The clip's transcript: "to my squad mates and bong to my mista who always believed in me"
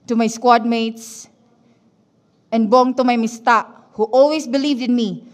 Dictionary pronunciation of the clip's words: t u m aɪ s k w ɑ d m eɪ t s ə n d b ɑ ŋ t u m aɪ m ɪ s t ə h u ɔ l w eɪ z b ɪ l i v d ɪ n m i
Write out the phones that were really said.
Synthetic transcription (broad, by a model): t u m aɪ s k w ɑ d m eɪ t s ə n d b ɑ ŋ t u m aɪ m ɪ s t ə h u ɔ l w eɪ s b ɪ l i v d ɪ n m i